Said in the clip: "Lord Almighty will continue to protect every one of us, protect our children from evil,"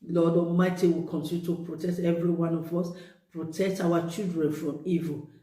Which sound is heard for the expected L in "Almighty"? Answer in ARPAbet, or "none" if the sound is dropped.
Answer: none